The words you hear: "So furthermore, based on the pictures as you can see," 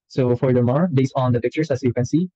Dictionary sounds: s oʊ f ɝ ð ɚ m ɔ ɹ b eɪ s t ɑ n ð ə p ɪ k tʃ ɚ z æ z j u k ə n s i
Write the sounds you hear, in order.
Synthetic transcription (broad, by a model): s oʊ f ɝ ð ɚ m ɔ ɹ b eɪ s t ɑ n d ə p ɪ k tʃ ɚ s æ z j u k ə n s i